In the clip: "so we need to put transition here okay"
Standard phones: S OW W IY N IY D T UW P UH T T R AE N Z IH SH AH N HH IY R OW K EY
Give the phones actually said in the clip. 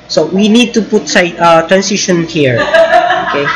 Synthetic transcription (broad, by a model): S OW W IY N IY D T UW P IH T T R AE N S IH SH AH N HH IY R OW K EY